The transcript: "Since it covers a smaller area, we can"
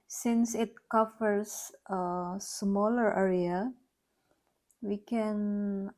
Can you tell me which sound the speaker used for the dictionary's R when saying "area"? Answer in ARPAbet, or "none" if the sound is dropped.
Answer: R